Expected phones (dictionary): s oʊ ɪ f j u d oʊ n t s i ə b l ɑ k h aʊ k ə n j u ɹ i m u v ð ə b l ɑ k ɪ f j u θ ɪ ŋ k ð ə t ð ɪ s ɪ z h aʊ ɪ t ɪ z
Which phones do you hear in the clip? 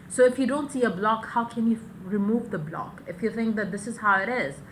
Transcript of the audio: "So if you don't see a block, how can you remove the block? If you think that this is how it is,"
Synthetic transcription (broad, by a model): s oʊ ɪ f j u d oʊ n t s i ə b l ɑ k h aʊ k ə n j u ɹ i m u v ð ə b l ɑ k ɪ f j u θ ɪ ŋ k ð ə t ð ɪ s ɪ z h aʊ ɪ t ɪ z